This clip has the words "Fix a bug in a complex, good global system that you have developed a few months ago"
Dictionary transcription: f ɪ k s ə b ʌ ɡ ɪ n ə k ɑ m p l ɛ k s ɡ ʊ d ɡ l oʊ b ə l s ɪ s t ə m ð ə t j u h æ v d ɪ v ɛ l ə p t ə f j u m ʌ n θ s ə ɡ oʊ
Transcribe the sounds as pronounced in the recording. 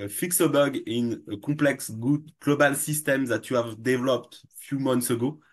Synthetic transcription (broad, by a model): f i k s ə b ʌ ɡ ɪ n ə k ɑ p l ɛ k s ɡ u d ɡ l oʊ b ə l s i s t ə m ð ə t j u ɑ v d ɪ v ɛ l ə p t f j u m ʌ n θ s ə ɡ oʊ